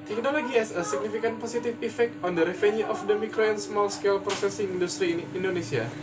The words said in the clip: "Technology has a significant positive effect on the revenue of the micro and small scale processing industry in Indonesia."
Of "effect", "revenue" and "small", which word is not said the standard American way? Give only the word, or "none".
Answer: revenue